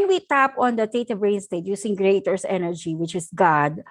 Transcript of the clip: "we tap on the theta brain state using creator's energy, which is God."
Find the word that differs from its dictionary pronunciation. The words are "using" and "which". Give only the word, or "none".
using